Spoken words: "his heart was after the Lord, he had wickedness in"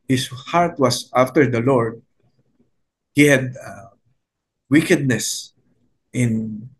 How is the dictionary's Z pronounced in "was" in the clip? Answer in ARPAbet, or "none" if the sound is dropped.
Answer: S